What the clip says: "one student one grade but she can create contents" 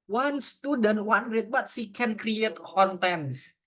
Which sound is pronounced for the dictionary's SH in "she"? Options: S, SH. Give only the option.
S